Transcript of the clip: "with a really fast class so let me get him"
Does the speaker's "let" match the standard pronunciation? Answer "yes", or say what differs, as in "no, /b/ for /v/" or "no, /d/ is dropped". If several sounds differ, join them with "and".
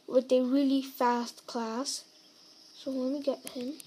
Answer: no, /w/ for /l/